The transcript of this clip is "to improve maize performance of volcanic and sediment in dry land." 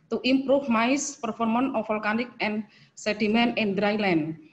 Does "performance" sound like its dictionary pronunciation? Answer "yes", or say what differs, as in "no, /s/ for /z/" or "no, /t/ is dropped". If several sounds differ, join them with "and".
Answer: no, /s/ is dropped